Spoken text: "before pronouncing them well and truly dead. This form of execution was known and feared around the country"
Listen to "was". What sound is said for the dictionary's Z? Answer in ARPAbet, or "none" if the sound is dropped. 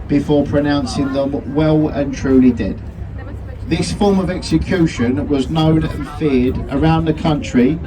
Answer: Z